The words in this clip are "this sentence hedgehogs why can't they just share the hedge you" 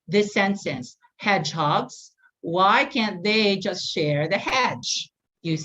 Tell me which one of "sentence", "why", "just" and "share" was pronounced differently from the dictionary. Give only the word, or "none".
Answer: sentence